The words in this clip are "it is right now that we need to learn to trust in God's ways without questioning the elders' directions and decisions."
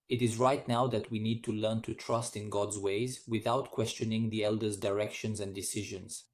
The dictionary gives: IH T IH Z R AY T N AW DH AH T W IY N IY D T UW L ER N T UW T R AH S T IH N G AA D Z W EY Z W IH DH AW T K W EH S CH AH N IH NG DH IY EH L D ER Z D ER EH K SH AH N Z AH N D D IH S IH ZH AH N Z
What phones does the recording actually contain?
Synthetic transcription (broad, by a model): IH T IH Z R AY T N AW DH AH T W IY N IY D T UW L ER N T UW T R AH S T IH N G AA D Z W EY Z W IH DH AW T K W EH S CH AH N IH NG DH IY EH L D ER Z D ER EH K SH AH N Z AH N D D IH S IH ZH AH N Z